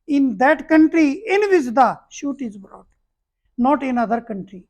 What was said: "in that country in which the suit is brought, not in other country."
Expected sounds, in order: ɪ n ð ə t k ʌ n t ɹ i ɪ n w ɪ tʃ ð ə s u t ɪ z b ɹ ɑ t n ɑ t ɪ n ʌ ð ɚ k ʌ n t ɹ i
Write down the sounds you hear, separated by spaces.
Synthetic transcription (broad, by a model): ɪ n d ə t k ʌ n t ɹ i ɪ n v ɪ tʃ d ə ʃ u t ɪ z b ɹ ɑ t n ɑ t ɪ n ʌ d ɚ k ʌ n t ɹ i